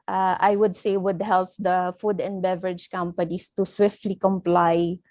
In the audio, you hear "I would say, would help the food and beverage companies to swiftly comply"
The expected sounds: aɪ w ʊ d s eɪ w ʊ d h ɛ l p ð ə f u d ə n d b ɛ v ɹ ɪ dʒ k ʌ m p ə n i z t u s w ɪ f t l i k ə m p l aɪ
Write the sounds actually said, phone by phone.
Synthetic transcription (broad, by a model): aɪ w ʊ d s eɪ w ʊ d h ɛ l p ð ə f u d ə n b ɛ v ɹ ɪ dʒ k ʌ m p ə n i s t u s w ɪ f t l i k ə m p l aɪ